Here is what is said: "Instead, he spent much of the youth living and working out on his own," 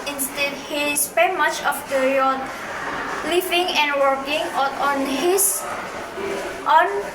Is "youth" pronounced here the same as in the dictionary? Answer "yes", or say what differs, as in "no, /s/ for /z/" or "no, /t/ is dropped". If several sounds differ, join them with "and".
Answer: no, /t/ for /θ/